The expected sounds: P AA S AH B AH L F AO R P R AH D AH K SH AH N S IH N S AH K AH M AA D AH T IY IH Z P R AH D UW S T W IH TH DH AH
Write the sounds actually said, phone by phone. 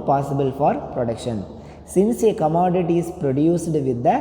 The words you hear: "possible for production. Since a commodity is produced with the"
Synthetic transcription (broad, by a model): P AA S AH B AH L F AO R P R AH D AH K SH AH N S IH N S AH K AH M AA D AH T IY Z P R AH D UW S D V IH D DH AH